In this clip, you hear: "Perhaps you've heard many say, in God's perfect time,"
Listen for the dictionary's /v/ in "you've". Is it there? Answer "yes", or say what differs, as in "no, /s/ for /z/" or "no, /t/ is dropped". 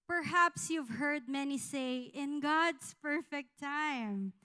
yes